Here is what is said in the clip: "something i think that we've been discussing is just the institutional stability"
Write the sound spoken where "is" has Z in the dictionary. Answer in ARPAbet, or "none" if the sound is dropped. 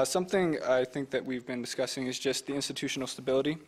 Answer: Z